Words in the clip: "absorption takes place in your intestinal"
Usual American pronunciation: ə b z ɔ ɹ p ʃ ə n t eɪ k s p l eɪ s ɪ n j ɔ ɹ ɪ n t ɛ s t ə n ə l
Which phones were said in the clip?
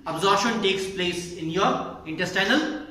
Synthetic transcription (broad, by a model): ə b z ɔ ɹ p ʃ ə n t eɪ k s p l eɪ s ɪ n j ɔ ɹ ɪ n t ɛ s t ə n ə l